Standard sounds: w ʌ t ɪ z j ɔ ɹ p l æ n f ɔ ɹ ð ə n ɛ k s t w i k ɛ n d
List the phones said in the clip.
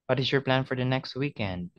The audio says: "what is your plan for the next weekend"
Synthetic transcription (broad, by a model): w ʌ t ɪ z j ɔ ɹ p l æ n f ɔ ɹ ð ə n ɛ k s t w i k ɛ n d